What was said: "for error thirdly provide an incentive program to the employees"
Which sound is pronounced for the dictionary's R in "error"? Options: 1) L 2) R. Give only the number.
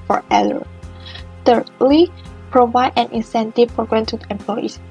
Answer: 1